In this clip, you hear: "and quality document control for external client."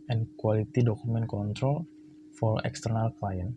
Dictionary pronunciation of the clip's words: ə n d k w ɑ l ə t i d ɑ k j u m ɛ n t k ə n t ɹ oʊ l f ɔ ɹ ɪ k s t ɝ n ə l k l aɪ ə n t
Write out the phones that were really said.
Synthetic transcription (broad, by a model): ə n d k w ɑ l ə t i d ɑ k u m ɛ n k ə n t ɹ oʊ l f ɔ ɹ ɪ k s t ɝ n ə l k l aɪ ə n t